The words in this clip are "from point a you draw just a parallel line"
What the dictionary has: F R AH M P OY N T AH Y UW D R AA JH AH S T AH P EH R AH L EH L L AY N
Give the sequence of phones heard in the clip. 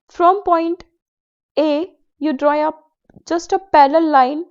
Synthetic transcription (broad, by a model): F R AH M P OY N T AH Y UW D R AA JH AH S T AH P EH L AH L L L AY N